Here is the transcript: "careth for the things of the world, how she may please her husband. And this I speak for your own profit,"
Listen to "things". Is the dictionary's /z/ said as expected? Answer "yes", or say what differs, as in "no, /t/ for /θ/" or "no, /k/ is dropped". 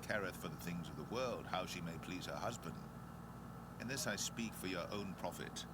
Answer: yes